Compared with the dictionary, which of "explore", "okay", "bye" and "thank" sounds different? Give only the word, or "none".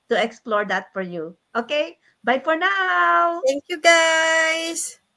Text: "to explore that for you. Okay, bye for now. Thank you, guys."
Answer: thank